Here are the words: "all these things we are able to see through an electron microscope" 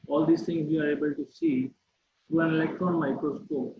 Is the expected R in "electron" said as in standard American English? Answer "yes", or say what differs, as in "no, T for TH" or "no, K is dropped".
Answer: yes